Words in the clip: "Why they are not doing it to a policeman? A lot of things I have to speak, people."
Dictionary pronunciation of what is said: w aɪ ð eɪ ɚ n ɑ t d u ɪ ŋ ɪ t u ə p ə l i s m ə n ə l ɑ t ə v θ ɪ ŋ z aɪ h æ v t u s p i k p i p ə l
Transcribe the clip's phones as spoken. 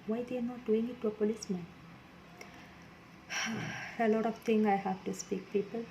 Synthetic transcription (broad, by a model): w aɪ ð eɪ n ɑ t d u ɪ ŋ ɪ t u ə p ə l i s m ə n ə l ɑ t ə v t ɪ ŋ aɪ h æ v t u s p i k p i p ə l